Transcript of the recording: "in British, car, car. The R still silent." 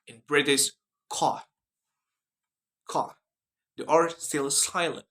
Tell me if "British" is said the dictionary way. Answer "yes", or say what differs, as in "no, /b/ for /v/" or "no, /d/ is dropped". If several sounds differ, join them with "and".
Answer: no, /s/ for /ʃ/